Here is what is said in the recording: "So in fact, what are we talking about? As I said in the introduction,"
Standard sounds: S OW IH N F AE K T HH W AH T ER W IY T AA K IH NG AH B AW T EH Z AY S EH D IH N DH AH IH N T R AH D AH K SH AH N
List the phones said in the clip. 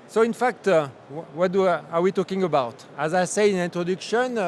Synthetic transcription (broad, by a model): S OW IH N F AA K T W W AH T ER W IY T AA K IH NG AH B AW T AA Z AY S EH IH N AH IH N T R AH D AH K SH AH N